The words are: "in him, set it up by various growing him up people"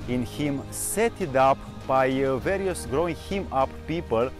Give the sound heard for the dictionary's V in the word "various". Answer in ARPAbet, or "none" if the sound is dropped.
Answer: V